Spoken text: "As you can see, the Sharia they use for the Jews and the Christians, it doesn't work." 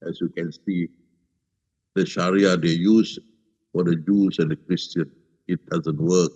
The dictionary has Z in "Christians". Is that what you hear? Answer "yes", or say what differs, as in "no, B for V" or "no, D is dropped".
no, Z is dropped